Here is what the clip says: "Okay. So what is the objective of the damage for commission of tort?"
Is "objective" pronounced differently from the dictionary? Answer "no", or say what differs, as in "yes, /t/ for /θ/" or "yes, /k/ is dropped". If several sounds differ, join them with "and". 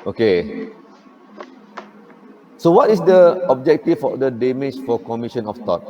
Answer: yes, /f/ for /v/